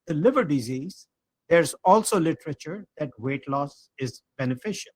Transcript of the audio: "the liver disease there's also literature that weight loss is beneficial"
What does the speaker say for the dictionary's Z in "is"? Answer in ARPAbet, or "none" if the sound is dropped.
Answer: Z